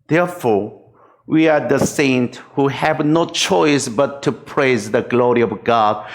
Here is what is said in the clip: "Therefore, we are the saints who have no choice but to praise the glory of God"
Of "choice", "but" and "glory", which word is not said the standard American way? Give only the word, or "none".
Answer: none